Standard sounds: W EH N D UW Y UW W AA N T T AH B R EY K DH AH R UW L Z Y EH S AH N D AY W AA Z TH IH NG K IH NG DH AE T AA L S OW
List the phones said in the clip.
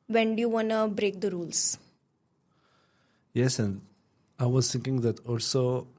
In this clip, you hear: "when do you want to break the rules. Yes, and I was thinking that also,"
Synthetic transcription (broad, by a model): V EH N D Y UW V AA N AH B R EY K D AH R UW L S Y EH S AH N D AY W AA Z T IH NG K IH NG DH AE T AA L S OW